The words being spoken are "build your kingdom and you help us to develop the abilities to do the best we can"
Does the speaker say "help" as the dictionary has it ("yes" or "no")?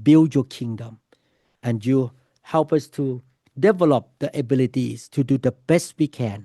yes